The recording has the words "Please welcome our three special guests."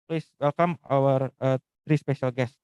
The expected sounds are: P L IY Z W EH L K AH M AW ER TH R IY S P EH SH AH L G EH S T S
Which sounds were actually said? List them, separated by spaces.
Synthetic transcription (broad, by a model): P L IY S W EH L K AH M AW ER T R IY S P EH SH AH L G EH S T